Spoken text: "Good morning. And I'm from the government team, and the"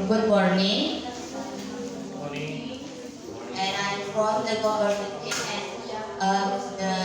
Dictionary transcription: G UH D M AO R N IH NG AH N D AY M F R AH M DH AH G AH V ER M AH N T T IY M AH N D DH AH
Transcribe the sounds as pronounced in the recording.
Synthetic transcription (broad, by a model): G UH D M AO R N IH NG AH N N AY M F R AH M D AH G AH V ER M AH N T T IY AH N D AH